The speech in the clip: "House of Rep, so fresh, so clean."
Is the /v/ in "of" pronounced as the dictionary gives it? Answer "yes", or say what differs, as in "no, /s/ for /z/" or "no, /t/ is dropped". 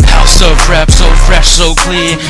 no, /f/ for /v/